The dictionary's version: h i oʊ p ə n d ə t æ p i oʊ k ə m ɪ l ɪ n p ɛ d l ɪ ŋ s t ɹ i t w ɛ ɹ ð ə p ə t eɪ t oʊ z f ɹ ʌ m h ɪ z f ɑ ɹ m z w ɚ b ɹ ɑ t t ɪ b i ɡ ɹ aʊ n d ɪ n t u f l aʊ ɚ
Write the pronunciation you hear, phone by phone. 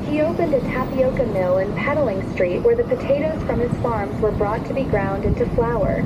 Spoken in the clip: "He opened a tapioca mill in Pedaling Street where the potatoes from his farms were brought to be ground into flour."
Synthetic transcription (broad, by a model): h i oʊ p ə n d ə t æ p i oʊ k ə m ɪ l ɪ n p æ d l ɪ ŋ s t ɹ i t w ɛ ɹ ð ə p ə t eɪ t oʊ z f ɹ ʌ m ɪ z f ɑ ɹ m z w ɚ b ɹ ɑ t t ɪ b i ɡ ɹ aʊ n d ɪ n t u f l aʊ ɚ